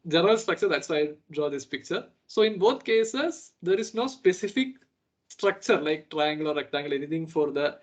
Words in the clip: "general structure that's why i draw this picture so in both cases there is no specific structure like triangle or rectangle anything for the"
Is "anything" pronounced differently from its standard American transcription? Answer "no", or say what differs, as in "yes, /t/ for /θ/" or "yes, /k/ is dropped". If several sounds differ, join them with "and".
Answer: yes, /t/ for /θ/